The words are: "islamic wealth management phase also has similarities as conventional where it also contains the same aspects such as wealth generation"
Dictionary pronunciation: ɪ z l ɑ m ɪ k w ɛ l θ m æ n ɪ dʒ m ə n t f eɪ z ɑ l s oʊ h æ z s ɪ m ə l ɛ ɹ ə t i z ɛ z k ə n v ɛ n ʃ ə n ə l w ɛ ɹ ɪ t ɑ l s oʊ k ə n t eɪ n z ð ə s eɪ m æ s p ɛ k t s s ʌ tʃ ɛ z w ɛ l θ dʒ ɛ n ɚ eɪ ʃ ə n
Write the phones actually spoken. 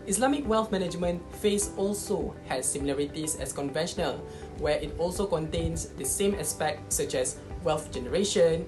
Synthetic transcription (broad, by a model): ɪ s l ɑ m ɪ k w ɛ l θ m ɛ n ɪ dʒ m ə n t f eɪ s ɑ l s oʊ h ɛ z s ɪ m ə l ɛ ɹ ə t i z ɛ s k ə n v ɛ n ʃ ə n ə l w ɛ ɪ t ɑ l s oʊ k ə n t eɪ n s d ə s eɪ m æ s p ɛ k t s s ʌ tʃ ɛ s w ɛ l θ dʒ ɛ n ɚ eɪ ʃ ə n